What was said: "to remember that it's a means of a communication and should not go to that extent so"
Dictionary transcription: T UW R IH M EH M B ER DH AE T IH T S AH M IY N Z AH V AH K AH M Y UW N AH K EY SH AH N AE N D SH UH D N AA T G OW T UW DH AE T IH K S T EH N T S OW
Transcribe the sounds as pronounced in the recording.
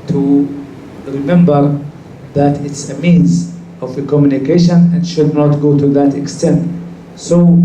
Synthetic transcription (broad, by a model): T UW R IH M EH M B ER DH AE T IH T S AH M IY N Z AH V AH K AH M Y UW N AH K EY SH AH N AE N D SH UH D N AA T G OW T UW DH AE T IH K S T EH N T S OW